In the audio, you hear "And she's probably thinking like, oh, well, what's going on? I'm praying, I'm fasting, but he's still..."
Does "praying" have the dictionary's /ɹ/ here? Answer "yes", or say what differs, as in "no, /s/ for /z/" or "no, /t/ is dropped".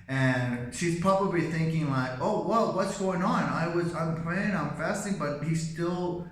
no, /l/ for /ɹ/